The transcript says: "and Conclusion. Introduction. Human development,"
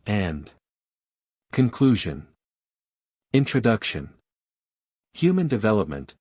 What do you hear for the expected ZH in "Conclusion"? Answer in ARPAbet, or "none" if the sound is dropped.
ZH